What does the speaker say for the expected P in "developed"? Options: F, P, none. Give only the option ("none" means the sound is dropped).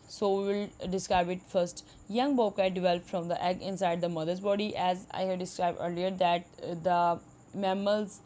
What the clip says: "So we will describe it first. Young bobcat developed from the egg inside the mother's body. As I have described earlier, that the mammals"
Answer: F